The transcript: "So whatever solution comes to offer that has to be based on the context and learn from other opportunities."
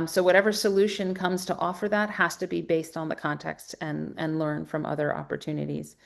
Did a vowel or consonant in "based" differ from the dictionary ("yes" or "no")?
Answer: no